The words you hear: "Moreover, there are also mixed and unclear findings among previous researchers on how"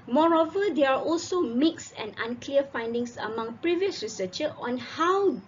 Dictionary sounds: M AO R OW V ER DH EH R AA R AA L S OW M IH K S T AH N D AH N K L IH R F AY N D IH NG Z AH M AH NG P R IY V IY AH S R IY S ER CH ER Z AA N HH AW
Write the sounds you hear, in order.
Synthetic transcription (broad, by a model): M AO R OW V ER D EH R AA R AA L S OW M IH K S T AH N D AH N K L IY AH F AY N D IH NG S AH M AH NG P R IY V IY AH S R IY S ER CH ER AA N HH AW